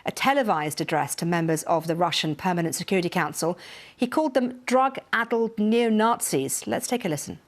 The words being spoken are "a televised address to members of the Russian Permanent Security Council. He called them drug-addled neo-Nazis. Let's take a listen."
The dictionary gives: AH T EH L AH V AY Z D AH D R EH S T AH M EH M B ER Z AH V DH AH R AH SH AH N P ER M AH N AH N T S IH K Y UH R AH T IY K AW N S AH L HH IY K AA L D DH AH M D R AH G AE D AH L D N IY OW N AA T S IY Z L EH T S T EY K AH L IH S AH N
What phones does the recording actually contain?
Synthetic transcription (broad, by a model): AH T EH L AH V AY Z D AH D R EH S T AH M EH M B ER Z AH V DH AH R AH SH AH N P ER M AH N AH N T S IH K Y UH R AH T IY K AW N S AH L HH IY K AA L D DH AH M D R AH G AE D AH L D N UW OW N AA T S IY Z L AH T S T EY K AH L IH S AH N